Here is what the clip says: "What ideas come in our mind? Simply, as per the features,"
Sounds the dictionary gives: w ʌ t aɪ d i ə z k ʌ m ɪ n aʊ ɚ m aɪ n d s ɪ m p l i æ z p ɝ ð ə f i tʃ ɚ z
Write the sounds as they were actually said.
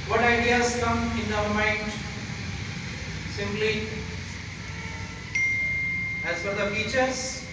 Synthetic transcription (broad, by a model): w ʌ t aɪ d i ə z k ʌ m ɪ n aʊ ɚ m aɪ n d s ɪ m p l i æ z f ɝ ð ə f i tʃ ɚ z